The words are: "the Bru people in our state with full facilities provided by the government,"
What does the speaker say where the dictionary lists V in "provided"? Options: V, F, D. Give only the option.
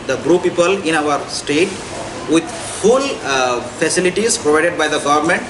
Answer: V